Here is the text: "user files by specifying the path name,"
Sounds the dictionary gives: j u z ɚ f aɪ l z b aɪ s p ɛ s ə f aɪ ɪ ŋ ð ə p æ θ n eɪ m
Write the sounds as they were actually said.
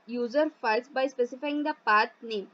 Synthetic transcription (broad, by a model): j u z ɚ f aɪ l s b aɪ s p ɛ s ə f aɪ ɪ ŋ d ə p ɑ t n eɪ m